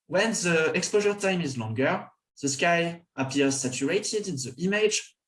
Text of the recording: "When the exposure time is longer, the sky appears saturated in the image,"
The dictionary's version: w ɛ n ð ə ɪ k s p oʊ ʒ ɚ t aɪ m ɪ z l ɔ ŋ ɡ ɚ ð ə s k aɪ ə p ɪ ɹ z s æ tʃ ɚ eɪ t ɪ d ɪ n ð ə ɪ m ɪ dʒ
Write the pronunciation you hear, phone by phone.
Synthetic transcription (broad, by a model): w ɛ n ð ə ɪ k s p oʊ ʒ ɚ t aɪ m ɪ z l ɔ ŋ ɡ ɚ ð ə s k aɪ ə p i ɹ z s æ tʃ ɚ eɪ t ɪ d ɪ n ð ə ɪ m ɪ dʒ